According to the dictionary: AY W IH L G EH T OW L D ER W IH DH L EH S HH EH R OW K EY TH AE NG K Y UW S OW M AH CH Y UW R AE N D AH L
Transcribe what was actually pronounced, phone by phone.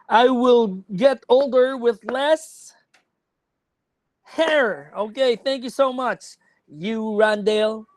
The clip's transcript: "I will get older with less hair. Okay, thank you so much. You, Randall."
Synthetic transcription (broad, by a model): AY W IH L G EH T OW L D ER W IH DH L EH S HH EH R OW K EY TH AE NG K Y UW S OW M AH CH Y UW R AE N D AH L